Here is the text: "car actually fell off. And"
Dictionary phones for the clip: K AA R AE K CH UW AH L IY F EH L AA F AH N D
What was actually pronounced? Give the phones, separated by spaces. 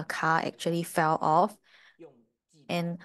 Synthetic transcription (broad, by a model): K AA AE K CH UW AH L IY F EH L AA F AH N